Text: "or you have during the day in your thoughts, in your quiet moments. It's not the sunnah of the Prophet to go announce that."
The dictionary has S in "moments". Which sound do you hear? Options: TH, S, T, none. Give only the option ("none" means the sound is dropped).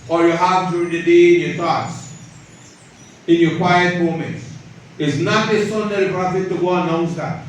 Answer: none